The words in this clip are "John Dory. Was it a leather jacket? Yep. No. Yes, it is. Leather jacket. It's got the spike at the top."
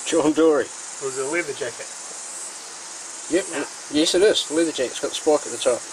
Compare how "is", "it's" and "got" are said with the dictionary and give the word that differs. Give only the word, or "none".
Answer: is